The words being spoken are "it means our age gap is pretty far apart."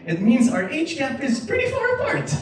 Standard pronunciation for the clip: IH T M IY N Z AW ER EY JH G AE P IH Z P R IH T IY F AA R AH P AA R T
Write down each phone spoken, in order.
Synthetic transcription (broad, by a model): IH T M IY N Z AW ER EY CH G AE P IH Z P R IH T IY F AA R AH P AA R T